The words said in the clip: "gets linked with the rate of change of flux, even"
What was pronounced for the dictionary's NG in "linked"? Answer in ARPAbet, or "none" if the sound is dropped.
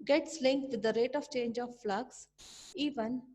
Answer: NG